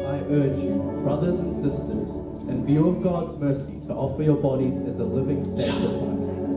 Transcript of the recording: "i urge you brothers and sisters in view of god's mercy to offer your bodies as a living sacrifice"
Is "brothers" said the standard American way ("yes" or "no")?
yes